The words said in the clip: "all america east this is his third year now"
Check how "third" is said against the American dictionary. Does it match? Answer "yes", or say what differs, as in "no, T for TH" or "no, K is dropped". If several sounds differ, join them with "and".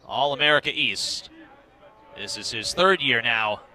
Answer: yes